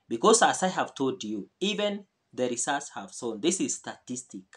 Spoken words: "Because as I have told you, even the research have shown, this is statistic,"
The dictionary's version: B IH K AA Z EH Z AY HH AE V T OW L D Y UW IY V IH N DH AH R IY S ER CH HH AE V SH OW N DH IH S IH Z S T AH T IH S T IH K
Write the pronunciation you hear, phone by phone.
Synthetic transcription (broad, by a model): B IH K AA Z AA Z AY HH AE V T OW L D Y UW IY V IH N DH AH R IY S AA S HH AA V S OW N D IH S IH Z S T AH T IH S T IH K